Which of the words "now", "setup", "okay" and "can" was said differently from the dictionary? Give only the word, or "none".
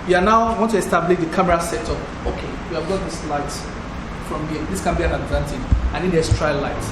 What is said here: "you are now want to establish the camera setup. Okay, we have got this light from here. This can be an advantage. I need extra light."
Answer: setup